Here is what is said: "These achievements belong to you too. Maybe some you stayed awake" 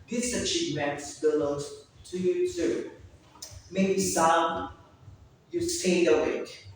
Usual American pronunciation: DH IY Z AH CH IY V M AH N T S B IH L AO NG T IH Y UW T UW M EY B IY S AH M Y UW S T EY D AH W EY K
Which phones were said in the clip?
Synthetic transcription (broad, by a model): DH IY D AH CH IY P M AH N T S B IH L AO T IH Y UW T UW M EY B IY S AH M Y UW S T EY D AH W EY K